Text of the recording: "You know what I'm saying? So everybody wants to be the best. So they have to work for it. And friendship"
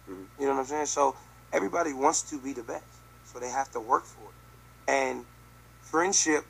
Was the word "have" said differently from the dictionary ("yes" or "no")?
yes